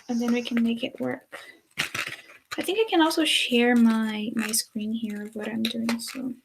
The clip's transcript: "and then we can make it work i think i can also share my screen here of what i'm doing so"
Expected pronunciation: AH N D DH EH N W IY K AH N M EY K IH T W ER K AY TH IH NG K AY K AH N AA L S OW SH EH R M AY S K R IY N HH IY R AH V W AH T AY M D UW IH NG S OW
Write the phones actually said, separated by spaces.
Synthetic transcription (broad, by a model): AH N DH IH N W IY K AH N M EY K IH T W ER K AY TH IH NG K AY K AH N AA L S OW SH EH R M AY S K R IY N HH IY R AH V W AH T AY M D UW IH NG S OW